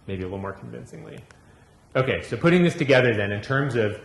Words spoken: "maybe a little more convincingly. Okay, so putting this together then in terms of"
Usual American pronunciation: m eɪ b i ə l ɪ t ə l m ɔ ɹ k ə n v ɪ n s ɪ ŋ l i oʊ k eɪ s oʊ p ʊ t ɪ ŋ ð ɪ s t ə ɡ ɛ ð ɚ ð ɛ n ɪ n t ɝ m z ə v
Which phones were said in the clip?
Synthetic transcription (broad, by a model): m eɪ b i ə l ɪ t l m ɔ ɹ k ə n v ɪ n s ɪ ŋ l i oʊ k eɪ s oʊ p ʊ t ɪ ŋ ð ɪ s t ə ɡ ɛ ð ɚ ð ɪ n ɪ n t ɝ m z ə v